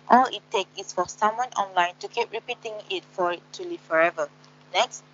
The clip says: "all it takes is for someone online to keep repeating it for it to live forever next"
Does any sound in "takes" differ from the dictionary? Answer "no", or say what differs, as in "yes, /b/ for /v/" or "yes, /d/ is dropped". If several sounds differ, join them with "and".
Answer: yes, /s/ is dropped